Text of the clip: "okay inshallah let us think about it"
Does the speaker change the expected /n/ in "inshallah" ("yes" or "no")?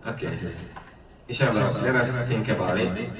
yes